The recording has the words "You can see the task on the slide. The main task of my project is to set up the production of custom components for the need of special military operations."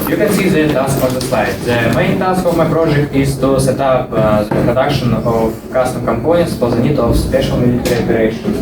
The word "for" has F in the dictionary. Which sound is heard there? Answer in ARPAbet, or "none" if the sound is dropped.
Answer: P